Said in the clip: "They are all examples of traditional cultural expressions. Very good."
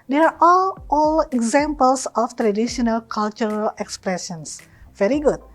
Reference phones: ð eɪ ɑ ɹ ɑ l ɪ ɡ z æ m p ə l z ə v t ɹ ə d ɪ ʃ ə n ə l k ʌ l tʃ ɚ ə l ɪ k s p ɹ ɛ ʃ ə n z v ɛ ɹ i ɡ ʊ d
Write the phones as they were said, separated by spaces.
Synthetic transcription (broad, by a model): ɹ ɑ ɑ l ɑ l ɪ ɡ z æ m p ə l s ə f t ɹ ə d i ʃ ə n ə l k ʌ l tʃ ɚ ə l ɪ k s p ɹ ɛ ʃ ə n s v ɛ ɹ i ɡ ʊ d